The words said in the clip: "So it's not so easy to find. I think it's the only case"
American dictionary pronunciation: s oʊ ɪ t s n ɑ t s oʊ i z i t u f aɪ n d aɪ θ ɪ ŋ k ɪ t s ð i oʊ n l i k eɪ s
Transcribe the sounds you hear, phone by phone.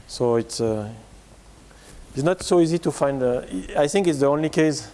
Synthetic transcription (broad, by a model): s oʊ ɪ t s n ɑ t s oʊ i z i t u f aɪ n d aɪ θ ɪ ŋ k ɪ t s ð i oʊ n l i k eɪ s